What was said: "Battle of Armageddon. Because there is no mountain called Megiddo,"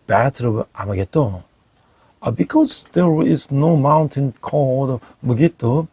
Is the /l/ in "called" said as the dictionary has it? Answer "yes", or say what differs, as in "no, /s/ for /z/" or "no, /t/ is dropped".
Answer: no, /l/ is dropped